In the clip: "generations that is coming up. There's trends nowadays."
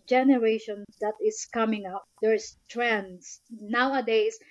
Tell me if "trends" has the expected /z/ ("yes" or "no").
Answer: no